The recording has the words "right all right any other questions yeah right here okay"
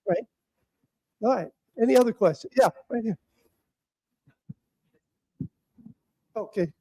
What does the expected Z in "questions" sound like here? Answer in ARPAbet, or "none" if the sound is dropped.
none